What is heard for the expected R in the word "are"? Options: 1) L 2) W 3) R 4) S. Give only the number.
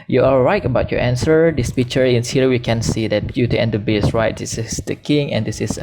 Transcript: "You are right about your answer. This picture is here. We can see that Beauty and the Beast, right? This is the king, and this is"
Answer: 1